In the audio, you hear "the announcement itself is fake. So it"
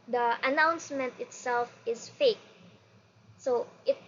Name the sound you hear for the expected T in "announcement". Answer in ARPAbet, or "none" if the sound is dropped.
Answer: T